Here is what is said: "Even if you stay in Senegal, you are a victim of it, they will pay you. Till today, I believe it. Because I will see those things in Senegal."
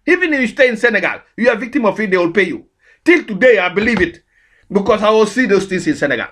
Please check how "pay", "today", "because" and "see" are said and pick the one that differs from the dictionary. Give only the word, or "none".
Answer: because